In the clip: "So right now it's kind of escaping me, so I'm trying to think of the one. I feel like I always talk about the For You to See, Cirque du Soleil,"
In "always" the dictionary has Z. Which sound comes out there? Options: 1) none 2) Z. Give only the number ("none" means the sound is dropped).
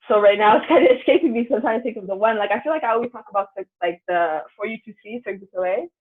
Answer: 1